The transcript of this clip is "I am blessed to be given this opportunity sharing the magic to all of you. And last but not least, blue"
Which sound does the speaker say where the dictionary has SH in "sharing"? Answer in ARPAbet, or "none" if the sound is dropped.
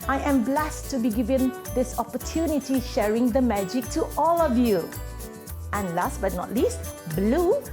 SH